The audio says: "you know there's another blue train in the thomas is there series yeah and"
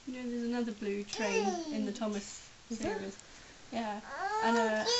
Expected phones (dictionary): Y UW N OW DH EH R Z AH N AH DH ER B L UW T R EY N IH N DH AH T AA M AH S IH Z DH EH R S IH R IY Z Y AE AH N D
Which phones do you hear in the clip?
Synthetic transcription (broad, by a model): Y N OW DH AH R Z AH N AH DH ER B L UW T R EY N IH N DH AH T AA M AH S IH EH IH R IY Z Y AE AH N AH